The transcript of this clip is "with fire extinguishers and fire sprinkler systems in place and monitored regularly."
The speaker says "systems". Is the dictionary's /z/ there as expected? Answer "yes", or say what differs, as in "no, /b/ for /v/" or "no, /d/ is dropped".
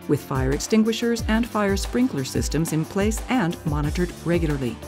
yes